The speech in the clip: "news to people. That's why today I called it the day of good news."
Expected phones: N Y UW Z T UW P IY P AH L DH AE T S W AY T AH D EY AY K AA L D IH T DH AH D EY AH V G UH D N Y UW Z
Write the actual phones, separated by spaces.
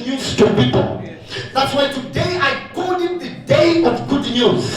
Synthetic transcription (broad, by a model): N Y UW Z T UW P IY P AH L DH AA T S W AY T AH D EY AY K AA D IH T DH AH D EY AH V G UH D N Y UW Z